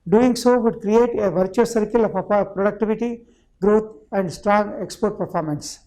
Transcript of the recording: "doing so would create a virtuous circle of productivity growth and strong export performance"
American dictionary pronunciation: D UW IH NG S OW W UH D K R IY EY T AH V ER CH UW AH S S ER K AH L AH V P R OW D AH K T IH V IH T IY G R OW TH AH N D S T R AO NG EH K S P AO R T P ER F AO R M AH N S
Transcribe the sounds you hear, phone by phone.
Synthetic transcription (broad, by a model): D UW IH NG S OW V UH D K R IY EY T AH V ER CH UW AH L S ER K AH L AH P P R OW D AH K T IH V IH T IY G R OW T AH N D S T R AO NG EH K S P AO R T P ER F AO R M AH N S